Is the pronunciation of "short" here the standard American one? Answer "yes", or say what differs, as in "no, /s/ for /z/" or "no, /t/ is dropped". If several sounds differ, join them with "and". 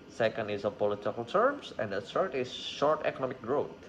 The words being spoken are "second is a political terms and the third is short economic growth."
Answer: yes